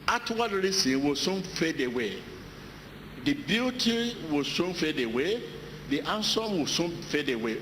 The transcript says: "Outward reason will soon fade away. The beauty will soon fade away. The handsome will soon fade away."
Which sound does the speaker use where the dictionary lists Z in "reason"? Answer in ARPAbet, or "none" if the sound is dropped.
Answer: S